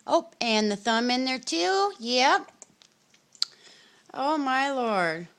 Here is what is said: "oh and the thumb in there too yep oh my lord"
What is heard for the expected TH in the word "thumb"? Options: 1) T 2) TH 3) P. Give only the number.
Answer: 2